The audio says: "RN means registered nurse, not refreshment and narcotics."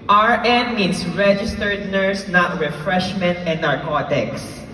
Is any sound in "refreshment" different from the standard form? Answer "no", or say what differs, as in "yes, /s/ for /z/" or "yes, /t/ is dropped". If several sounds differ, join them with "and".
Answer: no